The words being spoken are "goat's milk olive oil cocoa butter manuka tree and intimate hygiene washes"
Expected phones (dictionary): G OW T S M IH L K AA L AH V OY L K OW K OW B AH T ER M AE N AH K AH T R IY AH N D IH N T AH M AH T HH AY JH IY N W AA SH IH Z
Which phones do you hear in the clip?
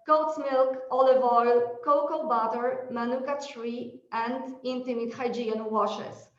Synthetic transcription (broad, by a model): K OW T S M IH L K AA L AH V OY L K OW K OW B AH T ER M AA N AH K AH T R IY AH N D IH N T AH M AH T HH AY JH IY N W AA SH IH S